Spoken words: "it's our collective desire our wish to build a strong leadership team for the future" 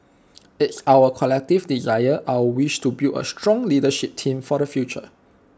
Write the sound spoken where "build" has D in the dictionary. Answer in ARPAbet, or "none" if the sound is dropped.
none